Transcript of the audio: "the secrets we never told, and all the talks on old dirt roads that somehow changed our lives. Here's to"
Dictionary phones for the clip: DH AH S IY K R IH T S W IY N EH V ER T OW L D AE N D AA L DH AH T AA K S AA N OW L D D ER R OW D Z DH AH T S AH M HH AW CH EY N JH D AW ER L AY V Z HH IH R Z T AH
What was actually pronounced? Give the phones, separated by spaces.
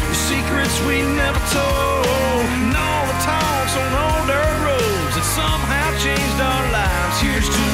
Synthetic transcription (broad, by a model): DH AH S IY K R IH T S W IY N EH V ER T OW L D N AA L DH AH T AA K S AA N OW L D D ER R OW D Z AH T S AH M HH AW CH EY N JH D AW ER L AY V Z HH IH R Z T